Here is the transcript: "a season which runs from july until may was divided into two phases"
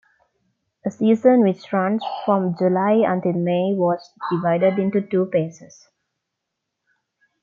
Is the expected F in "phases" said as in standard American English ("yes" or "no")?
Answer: no